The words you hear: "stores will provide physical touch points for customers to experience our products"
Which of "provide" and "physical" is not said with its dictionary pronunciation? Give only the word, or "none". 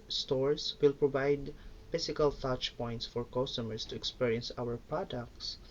physical